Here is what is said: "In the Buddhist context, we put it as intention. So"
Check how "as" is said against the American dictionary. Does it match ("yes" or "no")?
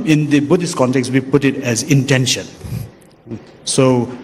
yes